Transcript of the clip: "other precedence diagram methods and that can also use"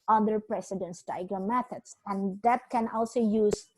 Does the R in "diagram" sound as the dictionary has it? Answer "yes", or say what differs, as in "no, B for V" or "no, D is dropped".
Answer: no, R is dropped